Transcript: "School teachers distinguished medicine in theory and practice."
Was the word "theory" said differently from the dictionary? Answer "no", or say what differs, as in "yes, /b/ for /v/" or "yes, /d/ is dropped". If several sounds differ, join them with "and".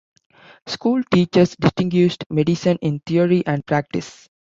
yes, /t/ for /θ/